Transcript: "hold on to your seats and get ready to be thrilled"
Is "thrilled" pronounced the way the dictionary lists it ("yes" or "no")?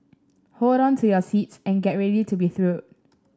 no